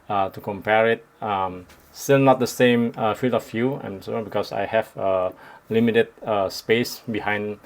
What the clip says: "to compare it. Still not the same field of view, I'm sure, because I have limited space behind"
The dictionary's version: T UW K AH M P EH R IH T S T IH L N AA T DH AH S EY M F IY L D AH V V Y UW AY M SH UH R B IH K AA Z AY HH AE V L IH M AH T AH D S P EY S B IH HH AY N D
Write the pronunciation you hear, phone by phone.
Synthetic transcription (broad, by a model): T UW K AH M P EH R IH T S T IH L N AA T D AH S EY M F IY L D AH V Y UW AY M S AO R B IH K AA S AY HH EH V L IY M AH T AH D S P EY S B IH HH AY N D